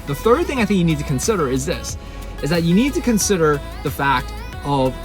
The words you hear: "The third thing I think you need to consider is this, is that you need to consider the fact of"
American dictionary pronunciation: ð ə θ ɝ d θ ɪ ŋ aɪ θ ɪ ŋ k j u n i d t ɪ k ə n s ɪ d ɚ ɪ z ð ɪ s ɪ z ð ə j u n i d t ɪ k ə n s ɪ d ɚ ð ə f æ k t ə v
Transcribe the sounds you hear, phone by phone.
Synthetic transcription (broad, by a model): ð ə θ ɝ d θ ɪ ŋ aɪ θ ɪ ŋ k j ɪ n i d t ɪ k ə n s ɪ d ɚ ɪ z ð ɪ s ɪ z ð ə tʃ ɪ n i d t ɪ k ə n s ɪ d ɚ ð ə f æ k t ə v